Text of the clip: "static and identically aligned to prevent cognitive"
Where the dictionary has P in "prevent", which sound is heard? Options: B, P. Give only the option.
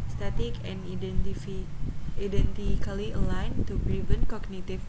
B